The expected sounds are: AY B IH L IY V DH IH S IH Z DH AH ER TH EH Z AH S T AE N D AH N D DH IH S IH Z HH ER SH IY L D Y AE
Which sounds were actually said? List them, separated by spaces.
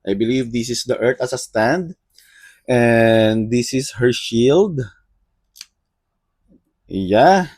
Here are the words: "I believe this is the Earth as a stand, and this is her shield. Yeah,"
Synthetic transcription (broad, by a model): AY B IH L IY V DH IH S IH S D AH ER T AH S AH S T AE N D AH N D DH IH S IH S HH ER SH IY L D Y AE